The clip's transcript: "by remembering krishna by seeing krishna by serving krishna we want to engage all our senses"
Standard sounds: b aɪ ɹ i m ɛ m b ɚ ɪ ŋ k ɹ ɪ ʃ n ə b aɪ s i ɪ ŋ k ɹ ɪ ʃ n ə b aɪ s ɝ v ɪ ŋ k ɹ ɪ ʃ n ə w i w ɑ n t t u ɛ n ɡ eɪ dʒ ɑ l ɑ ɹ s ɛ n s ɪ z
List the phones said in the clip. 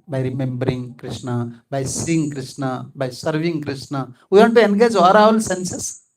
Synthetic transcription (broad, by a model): b aɪ ɹ i m ɛ m b ɚ ɪ ŋ k ɹ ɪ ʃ n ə b aɪ s i ɪ ŋ k ɹ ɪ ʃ n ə b aɪ s ɝ v ɪ ŋ k ɹ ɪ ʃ n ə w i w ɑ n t t u ɛ n ɡ eɪ dʒ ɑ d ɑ l s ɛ n s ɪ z